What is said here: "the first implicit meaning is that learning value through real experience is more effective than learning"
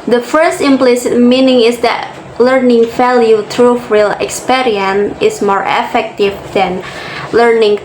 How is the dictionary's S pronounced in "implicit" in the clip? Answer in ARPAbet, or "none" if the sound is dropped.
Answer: S